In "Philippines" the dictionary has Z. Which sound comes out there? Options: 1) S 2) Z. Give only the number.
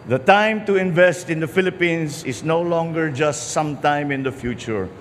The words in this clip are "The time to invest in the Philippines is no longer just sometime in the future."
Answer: 1